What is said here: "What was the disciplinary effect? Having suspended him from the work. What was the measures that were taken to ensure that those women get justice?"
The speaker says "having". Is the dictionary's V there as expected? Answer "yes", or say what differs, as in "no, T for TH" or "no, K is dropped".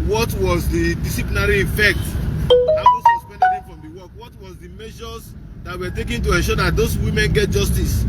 no, W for V